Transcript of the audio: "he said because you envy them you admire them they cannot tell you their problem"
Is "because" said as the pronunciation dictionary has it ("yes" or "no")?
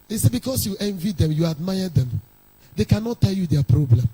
no